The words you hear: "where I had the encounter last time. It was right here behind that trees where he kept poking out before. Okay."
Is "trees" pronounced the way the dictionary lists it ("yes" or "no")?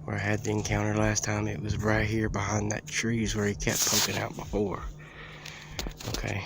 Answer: yes